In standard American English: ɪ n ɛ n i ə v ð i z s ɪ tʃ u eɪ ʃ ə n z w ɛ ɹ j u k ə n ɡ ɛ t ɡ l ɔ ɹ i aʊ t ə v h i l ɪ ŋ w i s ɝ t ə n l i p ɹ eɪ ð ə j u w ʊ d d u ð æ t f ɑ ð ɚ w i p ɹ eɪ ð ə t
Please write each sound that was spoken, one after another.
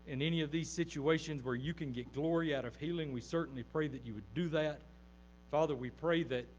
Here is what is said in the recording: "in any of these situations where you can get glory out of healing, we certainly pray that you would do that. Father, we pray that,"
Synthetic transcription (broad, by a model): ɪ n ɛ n i ə v ð i z s ɪ tʃ u eɪ ʃ ə n z w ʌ ɹ j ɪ k ə n ɡ ɛ t ɡ l ɔ ɹ i aʊ t ə v h i l ɪ ŋ w i s ɝ t n l i p ɹ eɪ ð ə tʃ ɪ w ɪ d d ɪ ð æ t f ɑ ð ɚ w i p ɹ eɪ ð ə t